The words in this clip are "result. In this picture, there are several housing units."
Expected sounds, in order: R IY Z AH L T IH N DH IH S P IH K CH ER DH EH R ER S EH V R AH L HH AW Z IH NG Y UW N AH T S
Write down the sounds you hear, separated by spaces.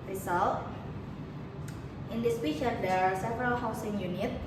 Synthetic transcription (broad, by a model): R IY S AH L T IH N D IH S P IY CH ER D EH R S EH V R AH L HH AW S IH NG Y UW N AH T